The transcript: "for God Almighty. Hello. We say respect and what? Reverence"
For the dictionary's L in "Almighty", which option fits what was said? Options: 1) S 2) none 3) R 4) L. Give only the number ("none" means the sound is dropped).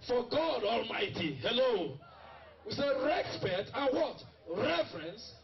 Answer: 4